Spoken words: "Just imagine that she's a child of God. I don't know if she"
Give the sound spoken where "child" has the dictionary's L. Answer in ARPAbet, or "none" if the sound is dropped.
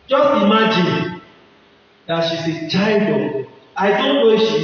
none